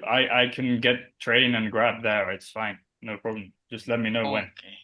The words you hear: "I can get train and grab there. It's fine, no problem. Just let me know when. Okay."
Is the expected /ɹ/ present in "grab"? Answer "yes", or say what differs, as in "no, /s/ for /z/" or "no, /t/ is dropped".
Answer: yes